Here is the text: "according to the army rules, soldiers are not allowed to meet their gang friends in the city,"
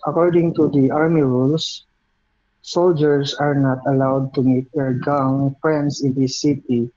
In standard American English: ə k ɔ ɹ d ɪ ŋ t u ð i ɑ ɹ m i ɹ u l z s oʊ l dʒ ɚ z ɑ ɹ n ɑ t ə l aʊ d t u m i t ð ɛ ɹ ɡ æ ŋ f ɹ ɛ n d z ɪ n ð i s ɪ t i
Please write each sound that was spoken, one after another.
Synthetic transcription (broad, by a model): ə k ɔ ɹ d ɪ ŋ t u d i ɑ ɹ m i ɹ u l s s oʊ l dʒ ɚ s ɑ ɹ n ɑ t ə l aʊ d t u m i t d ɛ ɹ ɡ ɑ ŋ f ɹ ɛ n d s ɪ n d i s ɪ t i